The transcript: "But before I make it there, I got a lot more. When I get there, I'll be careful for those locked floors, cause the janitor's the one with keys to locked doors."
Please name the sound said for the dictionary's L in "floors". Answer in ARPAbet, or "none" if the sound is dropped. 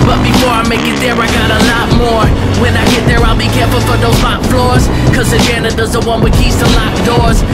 L